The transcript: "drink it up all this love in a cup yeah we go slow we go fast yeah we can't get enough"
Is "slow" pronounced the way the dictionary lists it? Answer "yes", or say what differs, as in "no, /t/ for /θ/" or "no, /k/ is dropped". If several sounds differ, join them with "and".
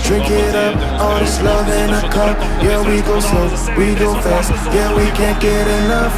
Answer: no, /l/ is dropped